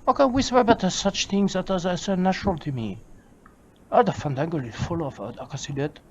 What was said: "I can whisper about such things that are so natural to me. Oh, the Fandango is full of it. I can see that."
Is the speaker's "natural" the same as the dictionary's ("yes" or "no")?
yes